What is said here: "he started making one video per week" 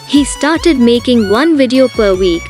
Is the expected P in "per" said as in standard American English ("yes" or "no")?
yes